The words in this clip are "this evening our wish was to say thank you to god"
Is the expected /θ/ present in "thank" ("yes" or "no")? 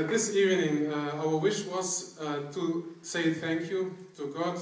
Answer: yes